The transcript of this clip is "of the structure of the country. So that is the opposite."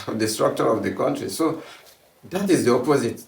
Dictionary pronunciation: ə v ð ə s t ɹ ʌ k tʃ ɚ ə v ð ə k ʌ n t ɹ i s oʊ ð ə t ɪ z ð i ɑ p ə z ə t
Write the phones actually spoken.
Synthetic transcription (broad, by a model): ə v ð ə s t ɹ ʌ k tʃ ɚ ə v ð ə k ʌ n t ɹ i s oʊ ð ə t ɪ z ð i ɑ p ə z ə t